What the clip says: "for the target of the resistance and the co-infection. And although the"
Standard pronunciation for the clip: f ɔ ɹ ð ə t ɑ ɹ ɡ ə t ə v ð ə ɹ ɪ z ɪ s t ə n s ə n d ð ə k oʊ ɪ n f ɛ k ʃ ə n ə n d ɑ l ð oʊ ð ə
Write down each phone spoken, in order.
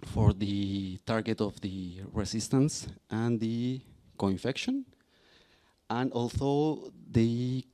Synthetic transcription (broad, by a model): f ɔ ɹ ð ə t ɑ ɹ ɡ ə t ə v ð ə ɹ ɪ s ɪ s t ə n s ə n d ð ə k oʊ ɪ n f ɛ k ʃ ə n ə n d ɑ l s oʊ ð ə